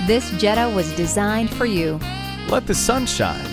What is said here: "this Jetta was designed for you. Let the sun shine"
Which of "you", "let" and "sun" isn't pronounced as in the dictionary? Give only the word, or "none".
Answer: let